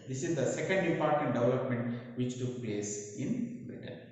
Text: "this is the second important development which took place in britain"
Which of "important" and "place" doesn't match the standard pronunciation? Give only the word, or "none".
important